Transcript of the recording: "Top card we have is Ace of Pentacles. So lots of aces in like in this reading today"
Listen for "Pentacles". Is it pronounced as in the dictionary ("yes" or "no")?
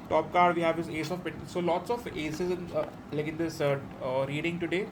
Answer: no